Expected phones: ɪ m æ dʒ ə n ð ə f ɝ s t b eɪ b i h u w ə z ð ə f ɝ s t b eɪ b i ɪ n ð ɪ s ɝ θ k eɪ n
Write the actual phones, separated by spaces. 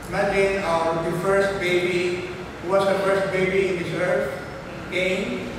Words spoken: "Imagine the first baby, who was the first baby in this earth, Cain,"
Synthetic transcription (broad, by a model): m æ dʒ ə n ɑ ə f ɝ s t b eɪ b i h u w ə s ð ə f ɝ s t b eɪ b i ɪ n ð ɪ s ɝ f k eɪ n